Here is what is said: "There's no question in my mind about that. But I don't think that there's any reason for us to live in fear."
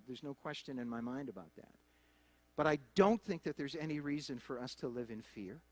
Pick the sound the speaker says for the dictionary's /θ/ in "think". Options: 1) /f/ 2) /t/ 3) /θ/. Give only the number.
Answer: 3